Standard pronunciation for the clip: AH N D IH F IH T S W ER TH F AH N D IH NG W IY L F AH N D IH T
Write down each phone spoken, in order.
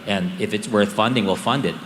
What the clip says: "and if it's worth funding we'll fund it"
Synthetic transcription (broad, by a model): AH N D IH F IH T S W ER TH F AH N D IH NG W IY L F AH N D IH T